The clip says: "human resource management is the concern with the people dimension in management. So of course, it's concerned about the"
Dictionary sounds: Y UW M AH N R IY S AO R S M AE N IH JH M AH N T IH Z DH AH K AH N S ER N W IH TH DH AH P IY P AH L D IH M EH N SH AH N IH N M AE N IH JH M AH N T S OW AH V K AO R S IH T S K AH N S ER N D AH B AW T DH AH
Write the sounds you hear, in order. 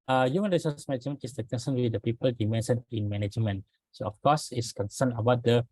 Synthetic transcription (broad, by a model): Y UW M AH N R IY S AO S M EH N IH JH M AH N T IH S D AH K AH N S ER N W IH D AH P IY P AH L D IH M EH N S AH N IH N M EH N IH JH M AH N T S OW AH F K AO S IH T S K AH N S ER N AH B AW T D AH